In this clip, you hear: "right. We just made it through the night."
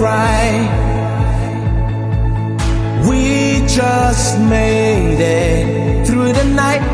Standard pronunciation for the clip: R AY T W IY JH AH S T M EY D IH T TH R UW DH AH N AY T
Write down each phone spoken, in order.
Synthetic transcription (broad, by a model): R AY W IY JH AH S T M EY D IH T TH R UW DH AH N AY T